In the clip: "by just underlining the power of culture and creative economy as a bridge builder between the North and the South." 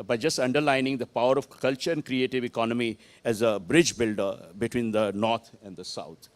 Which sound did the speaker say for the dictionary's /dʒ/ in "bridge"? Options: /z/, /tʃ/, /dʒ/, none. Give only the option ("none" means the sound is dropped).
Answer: /dʒ/